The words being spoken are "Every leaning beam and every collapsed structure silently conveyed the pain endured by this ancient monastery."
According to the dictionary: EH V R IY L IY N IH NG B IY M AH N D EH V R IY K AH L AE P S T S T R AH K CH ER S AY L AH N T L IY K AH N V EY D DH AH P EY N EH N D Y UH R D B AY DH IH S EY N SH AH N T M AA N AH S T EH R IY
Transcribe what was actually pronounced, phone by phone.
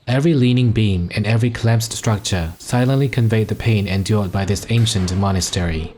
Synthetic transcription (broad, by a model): EH V R IY L IY N IH NG B IY M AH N EH V R IY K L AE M S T S T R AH K CH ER S AY L AH N T L IY K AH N V EY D DH AH P EY N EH N D Y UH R D B AY DH IH S EY N SH AH N T M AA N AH S T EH R IY